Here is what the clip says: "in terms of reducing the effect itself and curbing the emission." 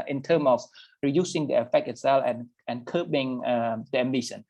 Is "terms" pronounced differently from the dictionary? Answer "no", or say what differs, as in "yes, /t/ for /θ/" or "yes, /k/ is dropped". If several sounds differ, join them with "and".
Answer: yes, /z/ is dropped